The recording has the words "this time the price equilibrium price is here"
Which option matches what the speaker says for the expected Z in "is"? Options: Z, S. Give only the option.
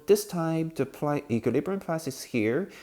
S